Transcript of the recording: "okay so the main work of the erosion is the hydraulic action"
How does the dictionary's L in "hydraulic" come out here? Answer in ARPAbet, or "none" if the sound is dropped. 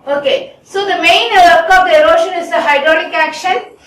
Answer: N